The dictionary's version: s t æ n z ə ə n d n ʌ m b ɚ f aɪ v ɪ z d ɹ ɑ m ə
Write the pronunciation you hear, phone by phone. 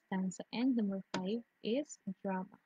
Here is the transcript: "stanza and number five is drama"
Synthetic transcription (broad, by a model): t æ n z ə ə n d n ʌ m ɚ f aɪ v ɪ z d ɹ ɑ m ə